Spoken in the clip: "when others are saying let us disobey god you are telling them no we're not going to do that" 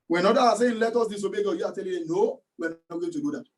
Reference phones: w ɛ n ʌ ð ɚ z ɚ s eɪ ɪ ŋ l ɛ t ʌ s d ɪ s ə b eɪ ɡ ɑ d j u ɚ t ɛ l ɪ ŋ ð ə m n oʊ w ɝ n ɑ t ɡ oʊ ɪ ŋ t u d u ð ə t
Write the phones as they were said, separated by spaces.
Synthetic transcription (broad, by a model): w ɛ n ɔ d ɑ ɑ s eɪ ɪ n l ɛ t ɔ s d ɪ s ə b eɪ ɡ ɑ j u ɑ t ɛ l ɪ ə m n oʊ w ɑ n ɑ t ɡ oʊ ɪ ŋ t u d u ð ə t